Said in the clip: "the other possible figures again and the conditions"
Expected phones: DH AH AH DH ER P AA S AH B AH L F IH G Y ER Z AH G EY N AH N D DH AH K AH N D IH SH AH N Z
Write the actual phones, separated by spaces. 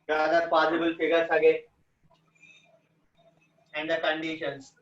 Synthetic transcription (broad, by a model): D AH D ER P AA S AH B AH L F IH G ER S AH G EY AH N D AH K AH N D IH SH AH N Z